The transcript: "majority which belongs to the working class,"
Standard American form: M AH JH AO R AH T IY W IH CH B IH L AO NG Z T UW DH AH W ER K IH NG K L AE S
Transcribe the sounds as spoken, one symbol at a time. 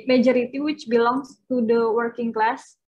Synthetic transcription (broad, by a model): M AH JH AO R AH T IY W IH CH B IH L AO NG S T UW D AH W ER K IH NG K L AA S